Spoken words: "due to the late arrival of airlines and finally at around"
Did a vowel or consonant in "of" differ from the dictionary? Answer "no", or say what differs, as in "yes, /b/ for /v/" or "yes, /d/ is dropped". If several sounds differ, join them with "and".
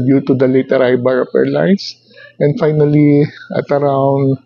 yes, /p/ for /v/